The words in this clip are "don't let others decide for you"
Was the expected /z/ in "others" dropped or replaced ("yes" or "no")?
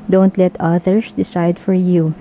yes